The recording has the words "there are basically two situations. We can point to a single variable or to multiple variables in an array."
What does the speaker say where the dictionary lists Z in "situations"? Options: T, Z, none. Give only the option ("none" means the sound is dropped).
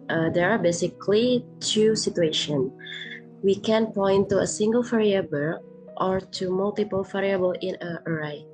none